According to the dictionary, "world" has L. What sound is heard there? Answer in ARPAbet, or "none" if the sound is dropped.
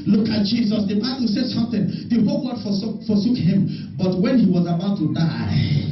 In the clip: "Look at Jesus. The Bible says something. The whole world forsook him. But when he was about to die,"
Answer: none